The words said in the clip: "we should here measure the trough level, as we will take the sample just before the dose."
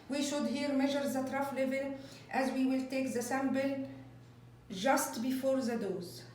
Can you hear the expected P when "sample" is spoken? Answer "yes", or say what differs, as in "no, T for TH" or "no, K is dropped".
no, B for P